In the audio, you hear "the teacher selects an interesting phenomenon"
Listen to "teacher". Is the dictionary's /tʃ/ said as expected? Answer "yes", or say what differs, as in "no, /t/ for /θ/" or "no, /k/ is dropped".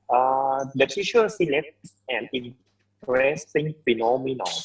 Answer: no, /ʃ/ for /tʃ/